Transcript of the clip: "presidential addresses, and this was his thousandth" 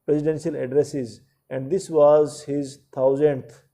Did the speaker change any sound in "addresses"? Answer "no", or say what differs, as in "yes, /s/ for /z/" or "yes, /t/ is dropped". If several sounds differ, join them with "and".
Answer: no